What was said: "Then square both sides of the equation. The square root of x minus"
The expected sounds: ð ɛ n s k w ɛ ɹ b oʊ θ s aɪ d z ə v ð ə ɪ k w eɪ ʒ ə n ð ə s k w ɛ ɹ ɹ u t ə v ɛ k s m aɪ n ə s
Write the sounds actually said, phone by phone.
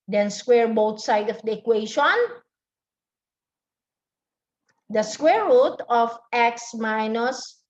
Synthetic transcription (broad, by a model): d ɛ n s k w ɛ ɹ b oʊ t s aɪ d ə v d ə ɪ k w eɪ ʃ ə n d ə s k w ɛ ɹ ɹ u t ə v ɛ k s m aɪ n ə s